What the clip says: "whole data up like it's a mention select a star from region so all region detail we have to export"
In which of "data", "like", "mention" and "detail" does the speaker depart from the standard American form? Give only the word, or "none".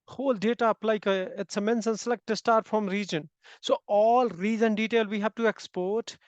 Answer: mention